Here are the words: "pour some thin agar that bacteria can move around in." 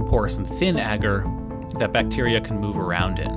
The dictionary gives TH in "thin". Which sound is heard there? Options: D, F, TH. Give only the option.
TH